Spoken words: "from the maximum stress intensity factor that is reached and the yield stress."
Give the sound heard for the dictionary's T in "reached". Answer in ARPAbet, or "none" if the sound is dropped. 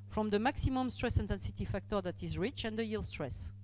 none